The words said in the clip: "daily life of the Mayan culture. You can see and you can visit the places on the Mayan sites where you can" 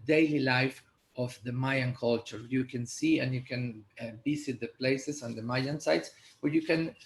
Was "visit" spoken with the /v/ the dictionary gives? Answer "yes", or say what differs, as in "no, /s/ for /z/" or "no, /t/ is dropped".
no, /b/ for /v/